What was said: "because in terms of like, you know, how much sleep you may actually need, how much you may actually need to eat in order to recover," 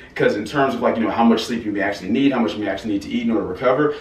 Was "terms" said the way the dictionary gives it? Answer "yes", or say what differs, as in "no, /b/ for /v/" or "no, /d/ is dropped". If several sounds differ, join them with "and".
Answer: yes